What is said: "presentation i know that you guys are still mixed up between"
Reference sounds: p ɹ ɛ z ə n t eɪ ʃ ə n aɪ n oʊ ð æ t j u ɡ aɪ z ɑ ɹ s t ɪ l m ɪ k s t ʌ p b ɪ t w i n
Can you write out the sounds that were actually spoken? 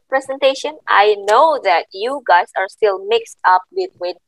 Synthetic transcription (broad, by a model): p ɹ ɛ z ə n t eɪ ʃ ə n aɪ n oʊ ð æ t j u ɡ aɪ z ɑ ɹ s t ɪ l m ɪ k s t ʌ p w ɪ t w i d